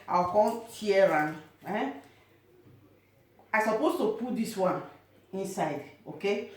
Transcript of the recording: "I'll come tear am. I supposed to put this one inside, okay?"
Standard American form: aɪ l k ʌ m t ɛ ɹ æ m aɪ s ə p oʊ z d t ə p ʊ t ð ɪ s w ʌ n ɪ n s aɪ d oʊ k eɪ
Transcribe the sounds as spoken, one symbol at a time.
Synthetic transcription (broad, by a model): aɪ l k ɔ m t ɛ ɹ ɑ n aɪ s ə p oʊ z t ə p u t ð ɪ s w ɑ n ɪ n s aɪ d oʊ k eɪ